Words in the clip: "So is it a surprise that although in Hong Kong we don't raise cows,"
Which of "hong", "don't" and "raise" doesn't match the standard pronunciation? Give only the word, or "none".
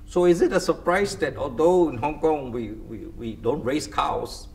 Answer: raise